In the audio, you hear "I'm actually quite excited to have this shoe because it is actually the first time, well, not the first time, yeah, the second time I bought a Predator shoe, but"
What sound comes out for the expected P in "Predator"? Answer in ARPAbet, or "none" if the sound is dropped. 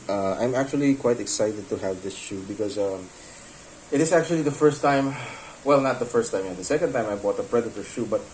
P